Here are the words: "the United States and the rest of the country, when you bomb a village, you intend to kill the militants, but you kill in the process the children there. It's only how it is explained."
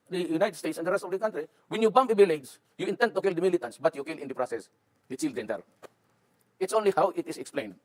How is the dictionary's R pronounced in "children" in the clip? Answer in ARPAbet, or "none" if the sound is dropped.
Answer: none